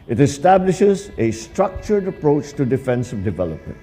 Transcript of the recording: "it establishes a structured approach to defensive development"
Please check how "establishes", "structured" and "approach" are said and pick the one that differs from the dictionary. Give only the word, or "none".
none